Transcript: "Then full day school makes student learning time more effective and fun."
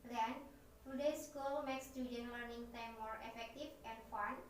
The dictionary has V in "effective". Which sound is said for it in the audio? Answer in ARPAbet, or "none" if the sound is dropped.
F